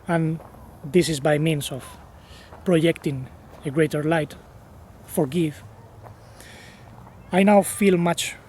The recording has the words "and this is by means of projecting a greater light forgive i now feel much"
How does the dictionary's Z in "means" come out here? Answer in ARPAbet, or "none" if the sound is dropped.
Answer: S